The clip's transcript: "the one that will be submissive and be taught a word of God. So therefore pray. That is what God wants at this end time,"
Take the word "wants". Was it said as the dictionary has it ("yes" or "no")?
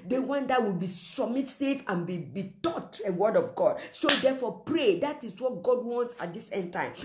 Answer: yes